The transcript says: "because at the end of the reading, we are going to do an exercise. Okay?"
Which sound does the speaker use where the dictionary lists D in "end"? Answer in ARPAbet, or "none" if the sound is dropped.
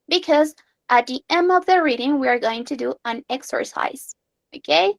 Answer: none